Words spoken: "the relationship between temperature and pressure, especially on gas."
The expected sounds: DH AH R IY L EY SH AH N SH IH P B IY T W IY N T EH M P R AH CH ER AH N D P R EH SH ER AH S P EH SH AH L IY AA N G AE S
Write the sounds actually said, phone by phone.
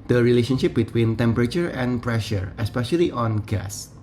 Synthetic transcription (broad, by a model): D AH R IY L EY SH AH N SH IH P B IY T W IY N T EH M P R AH CH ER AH N P R EH SH ER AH S P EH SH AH L IY AA N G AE S